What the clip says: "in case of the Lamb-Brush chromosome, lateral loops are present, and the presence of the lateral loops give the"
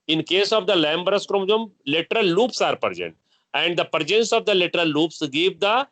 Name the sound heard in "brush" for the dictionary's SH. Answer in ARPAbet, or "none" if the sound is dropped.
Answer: S